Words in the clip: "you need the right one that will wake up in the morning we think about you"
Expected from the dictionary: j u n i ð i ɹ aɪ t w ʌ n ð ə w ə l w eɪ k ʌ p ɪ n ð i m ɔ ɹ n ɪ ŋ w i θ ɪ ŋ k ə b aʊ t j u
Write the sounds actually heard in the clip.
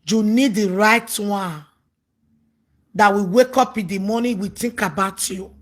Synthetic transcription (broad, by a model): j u n i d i ɹ aɪ t w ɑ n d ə w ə w eɪ k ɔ p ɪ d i m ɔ n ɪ w i t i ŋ k ə b aʊ t j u